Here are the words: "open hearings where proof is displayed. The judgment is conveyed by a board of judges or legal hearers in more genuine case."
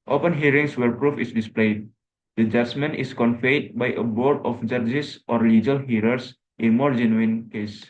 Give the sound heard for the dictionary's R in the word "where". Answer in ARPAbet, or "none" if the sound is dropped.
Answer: R